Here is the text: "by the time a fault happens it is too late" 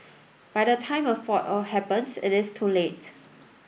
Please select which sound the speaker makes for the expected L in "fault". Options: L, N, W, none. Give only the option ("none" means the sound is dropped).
none